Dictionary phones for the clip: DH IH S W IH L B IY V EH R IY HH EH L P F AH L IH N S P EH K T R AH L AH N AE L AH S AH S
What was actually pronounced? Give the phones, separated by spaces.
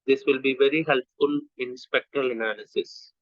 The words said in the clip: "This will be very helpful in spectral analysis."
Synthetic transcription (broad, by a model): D IH S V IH L B IY V EH R IY HH EH L P F AH L IH N S P EH K T R AH L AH N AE L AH S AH S